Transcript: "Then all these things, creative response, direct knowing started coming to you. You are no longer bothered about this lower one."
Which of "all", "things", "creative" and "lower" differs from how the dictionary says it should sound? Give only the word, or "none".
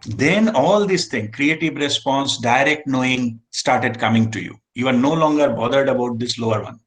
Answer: things